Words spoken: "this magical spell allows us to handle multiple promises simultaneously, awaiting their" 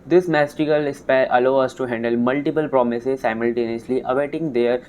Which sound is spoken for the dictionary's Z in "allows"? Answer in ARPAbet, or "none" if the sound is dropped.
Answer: none